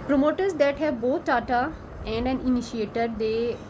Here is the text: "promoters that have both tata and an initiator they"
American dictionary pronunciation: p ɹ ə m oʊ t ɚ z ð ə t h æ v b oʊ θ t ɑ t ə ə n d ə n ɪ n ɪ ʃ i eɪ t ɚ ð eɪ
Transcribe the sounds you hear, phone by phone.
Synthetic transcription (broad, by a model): p ɹ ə m oʊ t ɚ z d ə t h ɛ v b oʊ t t ɑ t ə ə n d ə n ɪ n ɪ ʃ i eɪ t ɚ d eɪ